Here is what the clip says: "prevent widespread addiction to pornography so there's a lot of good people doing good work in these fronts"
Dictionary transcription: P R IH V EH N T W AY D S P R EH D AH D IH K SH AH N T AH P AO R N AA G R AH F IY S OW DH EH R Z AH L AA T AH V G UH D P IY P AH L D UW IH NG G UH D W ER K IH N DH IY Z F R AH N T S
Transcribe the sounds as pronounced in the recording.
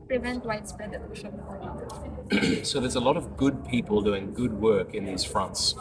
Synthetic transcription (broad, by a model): P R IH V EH N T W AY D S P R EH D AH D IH SH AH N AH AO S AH IY DH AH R Z AH L AA T AH V G UH D P IY P AH L D UW IH NG G UH D W ER K IH N DH IY Z F R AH N T S